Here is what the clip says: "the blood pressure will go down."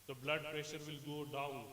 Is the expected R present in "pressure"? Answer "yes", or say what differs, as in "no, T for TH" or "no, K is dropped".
yes